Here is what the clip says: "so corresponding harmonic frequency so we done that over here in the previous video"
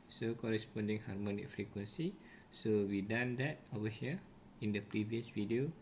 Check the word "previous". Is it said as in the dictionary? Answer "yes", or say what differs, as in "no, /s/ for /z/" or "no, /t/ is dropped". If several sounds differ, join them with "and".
yes